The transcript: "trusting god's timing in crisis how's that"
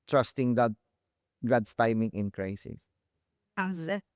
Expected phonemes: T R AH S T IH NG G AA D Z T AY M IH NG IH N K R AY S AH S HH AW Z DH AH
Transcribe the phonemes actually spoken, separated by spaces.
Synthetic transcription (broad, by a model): T R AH S T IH NG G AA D S T AY M IH NG IH N K R AY S AH S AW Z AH